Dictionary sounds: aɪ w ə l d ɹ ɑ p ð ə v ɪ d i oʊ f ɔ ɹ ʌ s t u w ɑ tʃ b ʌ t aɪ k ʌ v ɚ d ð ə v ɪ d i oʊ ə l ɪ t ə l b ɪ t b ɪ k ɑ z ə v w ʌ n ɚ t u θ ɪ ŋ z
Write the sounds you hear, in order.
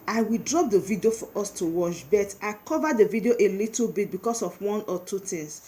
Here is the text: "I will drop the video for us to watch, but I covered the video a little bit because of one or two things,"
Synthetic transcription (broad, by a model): aɪ w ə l d ɹ ɑ p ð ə v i d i oʊ f ɔ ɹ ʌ s t u w ɑ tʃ b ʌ t aɪ k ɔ v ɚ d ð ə v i d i oʊ ə l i t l b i t b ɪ k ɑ s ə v w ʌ n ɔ t u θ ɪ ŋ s